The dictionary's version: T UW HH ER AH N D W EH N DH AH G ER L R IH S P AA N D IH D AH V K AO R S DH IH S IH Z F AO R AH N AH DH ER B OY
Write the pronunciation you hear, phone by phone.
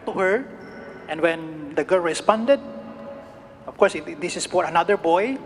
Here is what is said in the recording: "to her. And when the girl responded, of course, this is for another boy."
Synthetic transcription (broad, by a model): T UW HH ER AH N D W EH N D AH G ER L R IH S P AA N D IH D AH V K AO R S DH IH S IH S F AO R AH N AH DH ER B OY